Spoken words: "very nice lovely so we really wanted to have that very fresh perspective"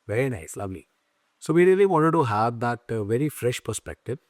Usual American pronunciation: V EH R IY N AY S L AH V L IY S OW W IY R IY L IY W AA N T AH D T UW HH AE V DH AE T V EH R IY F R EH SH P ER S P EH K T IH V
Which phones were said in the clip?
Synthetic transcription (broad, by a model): V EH R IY N AY S L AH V L IY S OW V IY R IY L IY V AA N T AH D T UW HH AE V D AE T V EH R IY F R EH SH P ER S P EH K T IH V